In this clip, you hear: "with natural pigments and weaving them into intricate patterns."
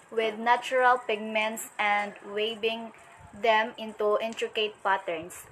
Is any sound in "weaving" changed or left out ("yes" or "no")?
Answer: yes